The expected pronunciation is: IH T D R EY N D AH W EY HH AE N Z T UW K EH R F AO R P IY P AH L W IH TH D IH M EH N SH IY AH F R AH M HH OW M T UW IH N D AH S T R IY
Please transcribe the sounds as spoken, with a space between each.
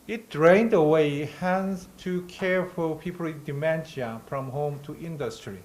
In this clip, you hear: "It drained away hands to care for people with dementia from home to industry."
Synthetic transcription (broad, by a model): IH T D R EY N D AH W EY HH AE N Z T UW K EH R F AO L P IY P AH L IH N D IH M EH N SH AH F R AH M HH OW M T UW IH N D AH S T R IY